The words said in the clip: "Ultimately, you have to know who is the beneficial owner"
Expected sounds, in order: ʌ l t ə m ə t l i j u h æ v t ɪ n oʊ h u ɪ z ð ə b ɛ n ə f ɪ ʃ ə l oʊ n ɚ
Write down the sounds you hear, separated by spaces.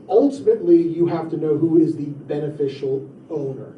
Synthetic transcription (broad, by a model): ʌ l t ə m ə t l i j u h æ f t ɪ n oʊ h u ɪ z ð ə b ɛ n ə f ɪ ʃ l oʊ n ɚ